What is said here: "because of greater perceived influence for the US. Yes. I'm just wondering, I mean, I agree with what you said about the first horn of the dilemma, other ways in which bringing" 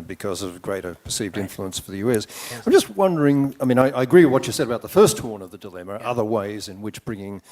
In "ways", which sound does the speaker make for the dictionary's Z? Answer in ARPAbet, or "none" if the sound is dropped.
Z